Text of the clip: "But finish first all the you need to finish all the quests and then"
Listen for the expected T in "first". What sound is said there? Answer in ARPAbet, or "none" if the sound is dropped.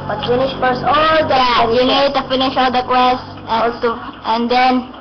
none